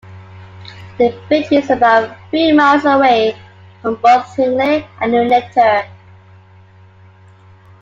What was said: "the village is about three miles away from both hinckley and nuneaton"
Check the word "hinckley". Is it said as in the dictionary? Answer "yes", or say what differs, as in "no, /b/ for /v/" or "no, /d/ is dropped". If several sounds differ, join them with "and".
no, /k/ is dropped